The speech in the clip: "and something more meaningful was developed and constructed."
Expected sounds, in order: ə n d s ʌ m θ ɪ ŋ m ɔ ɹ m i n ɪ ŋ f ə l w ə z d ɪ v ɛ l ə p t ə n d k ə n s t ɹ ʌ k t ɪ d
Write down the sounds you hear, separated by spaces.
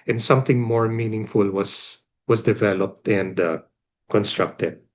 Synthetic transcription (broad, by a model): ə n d s ʌ m θ ɪ ŋ m ɔ ɹ m i n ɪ ŋ f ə l w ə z d ɪ v ɛ l ə p t ə n d k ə n s t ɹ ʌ k t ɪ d